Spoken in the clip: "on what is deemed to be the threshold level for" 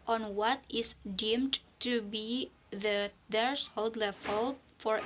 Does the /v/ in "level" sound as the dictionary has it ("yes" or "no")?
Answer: no